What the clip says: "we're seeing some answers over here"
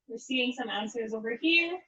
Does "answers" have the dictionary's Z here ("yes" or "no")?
yes